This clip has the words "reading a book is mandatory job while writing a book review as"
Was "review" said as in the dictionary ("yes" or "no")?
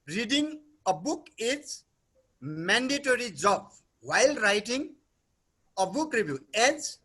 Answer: no